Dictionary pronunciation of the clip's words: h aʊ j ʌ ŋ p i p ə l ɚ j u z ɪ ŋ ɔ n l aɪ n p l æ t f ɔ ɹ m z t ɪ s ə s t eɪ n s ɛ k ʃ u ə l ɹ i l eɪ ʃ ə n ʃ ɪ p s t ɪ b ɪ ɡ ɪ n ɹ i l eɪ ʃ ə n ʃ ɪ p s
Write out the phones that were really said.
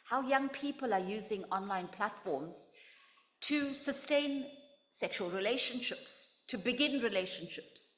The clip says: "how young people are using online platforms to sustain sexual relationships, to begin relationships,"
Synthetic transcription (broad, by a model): h aʊ j ʌ ŋ p i p ə l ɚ j u z ɪ ŋ ɔ n l aɪ n p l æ t f ɔ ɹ m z t ɪ s ə s t eɪ n s ɛ k ʃ u ə l ɹ i l eɪ ʃ ə n ʃ ɪ p s t ɪ b ɪ ɡ ɪ n ɹ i l eɪ ʃ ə n ʃ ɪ p s